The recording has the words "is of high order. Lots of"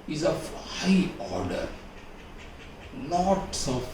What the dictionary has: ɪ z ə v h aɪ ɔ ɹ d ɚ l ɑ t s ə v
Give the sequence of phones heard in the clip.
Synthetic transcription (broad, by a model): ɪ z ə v h aɪ ɔ ɹ d ɚ n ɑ t s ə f